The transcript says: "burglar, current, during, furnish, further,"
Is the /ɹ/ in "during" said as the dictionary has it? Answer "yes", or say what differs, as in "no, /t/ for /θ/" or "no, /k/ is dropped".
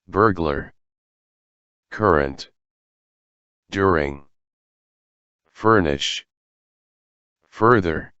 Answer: yes